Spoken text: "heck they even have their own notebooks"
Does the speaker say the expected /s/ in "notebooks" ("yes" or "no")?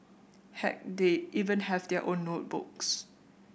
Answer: yes